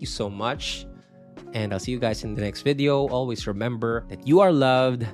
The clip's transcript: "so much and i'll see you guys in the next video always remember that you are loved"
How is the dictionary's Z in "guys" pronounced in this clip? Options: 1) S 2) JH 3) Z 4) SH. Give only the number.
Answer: 1